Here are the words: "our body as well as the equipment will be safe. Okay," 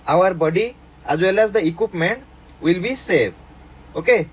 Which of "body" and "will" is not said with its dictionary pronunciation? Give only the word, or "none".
none